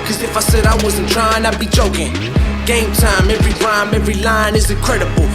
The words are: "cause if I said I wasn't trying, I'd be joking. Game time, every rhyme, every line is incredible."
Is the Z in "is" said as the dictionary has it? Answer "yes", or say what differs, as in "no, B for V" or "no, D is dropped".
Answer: yes